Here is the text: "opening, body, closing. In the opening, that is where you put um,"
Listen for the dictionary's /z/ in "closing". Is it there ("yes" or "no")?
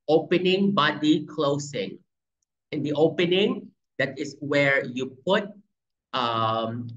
no